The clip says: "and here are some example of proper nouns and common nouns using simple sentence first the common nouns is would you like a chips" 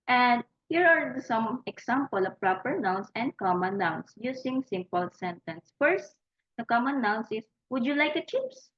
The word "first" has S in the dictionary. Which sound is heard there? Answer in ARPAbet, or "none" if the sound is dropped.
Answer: S